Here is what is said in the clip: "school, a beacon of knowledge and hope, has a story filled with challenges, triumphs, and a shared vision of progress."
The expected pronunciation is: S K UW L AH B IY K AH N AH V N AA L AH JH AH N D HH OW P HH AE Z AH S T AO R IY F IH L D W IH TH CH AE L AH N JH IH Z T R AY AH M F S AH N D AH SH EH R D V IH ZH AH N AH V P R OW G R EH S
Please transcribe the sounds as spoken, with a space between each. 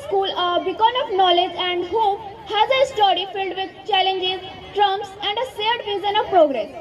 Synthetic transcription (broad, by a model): S K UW L AH B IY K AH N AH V N AA L AH JH AH N D HH OW P HH AE Z AH S T AO R IY F IH L D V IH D CH AE L AH N JH IH Z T R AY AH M S AH N D AH S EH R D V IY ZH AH N AH V P R OW G R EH S